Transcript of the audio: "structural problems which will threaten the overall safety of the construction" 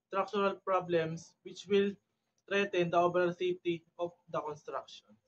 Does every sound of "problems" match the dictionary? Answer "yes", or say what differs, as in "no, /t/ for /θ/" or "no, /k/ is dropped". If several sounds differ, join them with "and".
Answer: no, /s/ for /z/